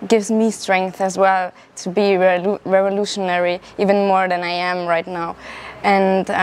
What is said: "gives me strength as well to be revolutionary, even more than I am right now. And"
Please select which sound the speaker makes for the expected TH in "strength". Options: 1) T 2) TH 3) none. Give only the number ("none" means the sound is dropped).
2